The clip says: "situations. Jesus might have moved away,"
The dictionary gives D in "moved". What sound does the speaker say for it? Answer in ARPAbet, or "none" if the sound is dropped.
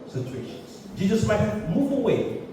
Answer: none